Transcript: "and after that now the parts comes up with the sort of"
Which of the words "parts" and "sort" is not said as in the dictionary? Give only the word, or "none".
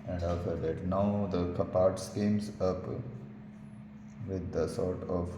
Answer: none